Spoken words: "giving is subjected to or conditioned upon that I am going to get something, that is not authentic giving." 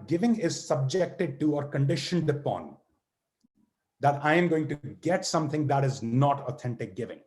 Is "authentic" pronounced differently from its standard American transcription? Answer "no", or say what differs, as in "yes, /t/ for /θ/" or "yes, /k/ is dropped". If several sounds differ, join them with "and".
yes, /t/ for /θ/